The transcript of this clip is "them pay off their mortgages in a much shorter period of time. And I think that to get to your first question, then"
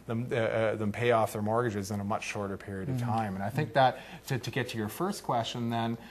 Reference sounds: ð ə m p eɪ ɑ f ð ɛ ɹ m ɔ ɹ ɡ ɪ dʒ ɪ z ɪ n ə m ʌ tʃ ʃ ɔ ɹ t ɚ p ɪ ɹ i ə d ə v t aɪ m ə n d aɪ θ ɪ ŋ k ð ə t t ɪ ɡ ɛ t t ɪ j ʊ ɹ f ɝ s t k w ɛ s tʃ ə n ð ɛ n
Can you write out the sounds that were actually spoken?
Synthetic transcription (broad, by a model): ð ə m p eɪ ɑ f ð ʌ ɹ m ɔ ɹ ɡ ɪ dʒ ɪ z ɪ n ə m ʌ tʃ ʃ ɔ ɹ t ɚ p ɪ ɹ i ə d ə v t aɪ m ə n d aɪ θ ɪ ŋ k ð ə t t ɪ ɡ ɛ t t ɪ j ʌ ɹ f ɝ s k w ɛ s tʃ ə n ð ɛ n